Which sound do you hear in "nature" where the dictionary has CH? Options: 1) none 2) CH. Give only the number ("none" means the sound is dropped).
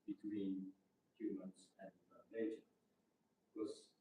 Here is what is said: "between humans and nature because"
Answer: 1